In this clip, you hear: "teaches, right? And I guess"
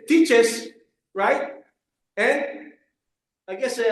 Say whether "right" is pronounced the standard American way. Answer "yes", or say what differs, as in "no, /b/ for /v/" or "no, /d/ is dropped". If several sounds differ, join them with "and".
yes